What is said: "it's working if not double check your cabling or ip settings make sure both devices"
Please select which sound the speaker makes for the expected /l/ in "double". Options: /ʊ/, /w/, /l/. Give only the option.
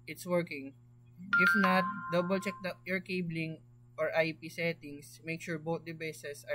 /l/